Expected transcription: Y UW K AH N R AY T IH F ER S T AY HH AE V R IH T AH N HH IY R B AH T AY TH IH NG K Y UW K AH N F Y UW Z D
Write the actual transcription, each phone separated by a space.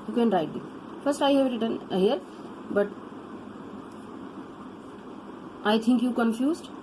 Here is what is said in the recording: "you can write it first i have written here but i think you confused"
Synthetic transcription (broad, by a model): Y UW K AH N R AY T IH F ER S T AY HH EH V R IH T AH N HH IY R B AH T AY T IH NG K Y UW K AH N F Y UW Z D